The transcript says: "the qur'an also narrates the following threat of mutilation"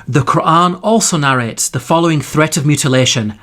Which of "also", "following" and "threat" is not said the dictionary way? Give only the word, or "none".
none